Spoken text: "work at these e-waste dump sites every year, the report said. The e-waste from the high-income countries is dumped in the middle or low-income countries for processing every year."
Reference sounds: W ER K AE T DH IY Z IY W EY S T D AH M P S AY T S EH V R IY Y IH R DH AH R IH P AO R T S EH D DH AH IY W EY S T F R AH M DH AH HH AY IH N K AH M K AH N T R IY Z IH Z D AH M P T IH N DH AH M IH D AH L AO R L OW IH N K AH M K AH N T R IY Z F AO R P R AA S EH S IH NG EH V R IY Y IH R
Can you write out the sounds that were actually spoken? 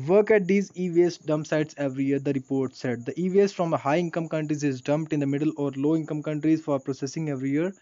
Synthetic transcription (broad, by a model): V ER K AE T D IY Z IY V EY S D AH M P S AY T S EH V R IY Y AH R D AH R IH P AO R T S EH D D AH IY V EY S F R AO M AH HH AY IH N K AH M K AH N T R IY Z IH Z D AH M P T IH N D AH M IH D AH L AO R L OW IH N K AH M K AH N T R IY Z F AO R P R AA S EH S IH NG EH V R IY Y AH R